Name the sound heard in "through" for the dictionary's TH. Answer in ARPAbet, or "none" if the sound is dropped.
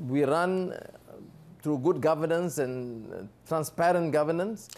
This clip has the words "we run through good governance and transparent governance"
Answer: T